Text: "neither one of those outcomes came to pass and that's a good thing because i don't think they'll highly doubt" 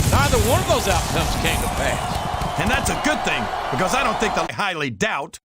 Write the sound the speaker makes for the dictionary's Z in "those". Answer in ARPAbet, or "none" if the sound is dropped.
Z